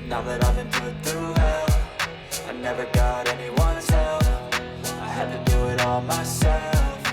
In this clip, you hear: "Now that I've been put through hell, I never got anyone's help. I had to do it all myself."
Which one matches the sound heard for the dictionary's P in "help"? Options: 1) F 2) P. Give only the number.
1